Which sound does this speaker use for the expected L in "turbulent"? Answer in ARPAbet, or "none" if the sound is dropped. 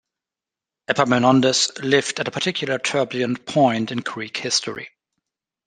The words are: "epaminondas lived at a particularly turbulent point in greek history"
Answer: none